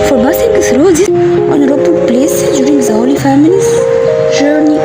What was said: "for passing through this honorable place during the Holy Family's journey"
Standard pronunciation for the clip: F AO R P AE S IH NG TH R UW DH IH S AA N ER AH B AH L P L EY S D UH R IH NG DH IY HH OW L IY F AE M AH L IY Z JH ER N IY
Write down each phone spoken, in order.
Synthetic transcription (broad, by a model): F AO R B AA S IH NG S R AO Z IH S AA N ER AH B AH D P L EY S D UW R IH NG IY HH OW L IY F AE M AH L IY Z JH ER N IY